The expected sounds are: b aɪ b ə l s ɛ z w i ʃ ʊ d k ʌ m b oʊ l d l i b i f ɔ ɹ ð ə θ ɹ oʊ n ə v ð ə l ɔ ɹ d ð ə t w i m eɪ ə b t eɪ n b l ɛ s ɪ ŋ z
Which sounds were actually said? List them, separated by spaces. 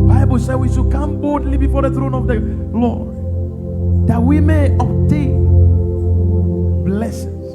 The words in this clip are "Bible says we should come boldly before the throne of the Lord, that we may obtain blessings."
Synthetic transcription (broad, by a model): b aɪ b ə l s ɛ w i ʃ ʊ k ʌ m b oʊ d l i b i f ɔ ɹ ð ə θ ɹ oʊ n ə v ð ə l ɔ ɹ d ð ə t w i m eɪ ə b t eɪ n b l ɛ s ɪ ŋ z